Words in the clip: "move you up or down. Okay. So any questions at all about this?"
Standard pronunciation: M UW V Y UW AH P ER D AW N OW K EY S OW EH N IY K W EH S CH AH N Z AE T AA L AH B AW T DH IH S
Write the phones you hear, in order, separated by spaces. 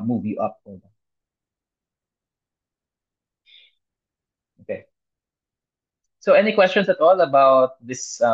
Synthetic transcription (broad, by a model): M UW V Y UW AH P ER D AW OW K EY S OW EH N IY K W EH S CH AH N S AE T AA L AH B AW T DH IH S